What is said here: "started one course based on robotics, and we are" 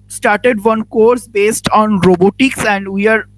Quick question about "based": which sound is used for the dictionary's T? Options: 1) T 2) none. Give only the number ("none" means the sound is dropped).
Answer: 1